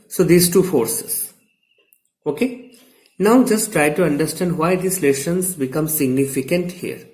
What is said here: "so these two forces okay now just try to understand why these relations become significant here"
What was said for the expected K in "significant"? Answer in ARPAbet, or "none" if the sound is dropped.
K